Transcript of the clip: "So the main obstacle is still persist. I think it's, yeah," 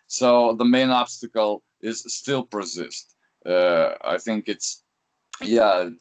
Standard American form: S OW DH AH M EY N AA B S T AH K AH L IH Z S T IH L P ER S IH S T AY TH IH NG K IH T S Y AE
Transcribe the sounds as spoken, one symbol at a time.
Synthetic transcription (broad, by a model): S OW DH AH M EY N AA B S T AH K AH L IH Z S T IH L P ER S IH S T AY TH IH NG K IH T S Y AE